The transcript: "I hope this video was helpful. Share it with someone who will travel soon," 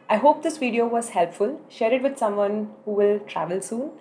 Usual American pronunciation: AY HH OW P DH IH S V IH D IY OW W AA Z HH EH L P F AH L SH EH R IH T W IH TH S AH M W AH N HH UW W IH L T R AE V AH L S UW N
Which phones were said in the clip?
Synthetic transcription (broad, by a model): AY HH OW P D IH S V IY D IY OW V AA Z HH EH L P F AH L SH EH R IH T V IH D S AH M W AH N HH UW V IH L T R AE V AH L S UW N